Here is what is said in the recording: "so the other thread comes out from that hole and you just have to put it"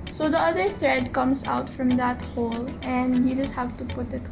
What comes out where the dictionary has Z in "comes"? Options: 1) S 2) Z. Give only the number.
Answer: 1